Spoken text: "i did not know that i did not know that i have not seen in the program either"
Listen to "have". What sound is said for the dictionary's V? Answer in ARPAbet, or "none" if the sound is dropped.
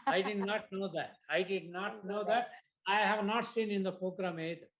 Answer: V